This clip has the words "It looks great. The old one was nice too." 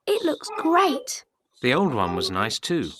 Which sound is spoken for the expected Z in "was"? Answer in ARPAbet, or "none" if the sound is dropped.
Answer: Z